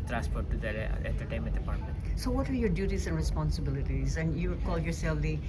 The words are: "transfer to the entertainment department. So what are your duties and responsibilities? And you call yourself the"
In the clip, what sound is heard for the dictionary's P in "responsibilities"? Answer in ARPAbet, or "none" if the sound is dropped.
P